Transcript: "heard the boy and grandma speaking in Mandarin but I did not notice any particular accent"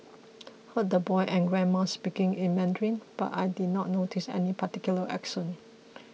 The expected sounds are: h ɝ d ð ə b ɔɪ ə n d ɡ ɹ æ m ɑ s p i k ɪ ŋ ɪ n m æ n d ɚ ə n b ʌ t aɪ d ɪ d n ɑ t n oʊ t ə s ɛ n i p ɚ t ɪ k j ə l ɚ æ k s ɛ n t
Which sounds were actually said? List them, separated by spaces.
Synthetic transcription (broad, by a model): h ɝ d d ə b ɔɪ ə n ɡ ɹ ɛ m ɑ s p i k ɪ ŋ ɪ n m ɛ n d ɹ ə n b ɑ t aɪ d ɪ d n ɑ t n oʊ t ə s ɛ n i p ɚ t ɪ k j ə l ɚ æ k ʃ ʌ n